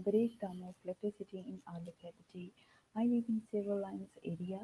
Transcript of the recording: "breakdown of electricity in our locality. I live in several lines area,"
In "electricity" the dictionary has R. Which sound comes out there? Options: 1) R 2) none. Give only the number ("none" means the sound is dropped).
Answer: 2